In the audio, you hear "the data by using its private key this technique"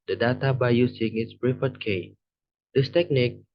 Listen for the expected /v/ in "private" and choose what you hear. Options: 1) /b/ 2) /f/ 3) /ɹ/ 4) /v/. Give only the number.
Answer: 2